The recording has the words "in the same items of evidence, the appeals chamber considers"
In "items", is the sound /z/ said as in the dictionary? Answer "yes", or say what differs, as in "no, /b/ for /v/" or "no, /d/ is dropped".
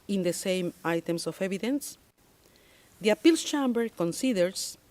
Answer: no, /s/ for /z/